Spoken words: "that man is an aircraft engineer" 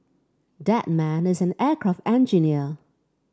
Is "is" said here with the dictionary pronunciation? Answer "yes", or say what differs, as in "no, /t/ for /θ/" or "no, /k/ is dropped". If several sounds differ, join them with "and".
yes